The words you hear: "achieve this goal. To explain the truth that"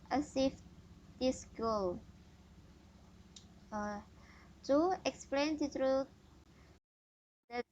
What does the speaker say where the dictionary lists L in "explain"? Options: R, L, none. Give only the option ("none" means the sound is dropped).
L